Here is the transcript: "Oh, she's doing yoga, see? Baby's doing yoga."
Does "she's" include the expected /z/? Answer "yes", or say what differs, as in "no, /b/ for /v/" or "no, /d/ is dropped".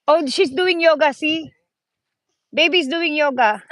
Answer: no, /s/ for /z/